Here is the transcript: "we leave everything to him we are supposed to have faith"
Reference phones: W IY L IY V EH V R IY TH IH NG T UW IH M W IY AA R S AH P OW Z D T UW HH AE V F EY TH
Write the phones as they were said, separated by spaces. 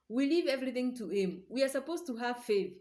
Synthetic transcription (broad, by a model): W IY L IY V EH V R IY TH IH NG T UW IH M W IY AA R S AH P OW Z T UW HH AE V F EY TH